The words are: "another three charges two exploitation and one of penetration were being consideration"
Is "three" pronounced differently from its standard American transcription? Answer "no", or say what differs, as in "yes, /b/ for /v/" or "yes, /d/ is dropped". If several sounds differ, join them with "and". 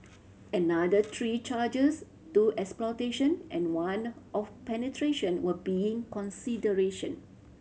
yes, /t/ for /θ/